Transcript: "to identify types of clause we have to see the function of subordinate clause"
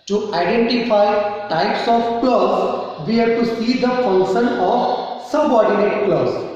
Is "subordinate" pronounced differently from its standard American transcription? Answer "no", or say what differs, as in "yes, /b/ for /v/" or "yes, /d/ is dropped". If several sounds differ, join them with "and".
no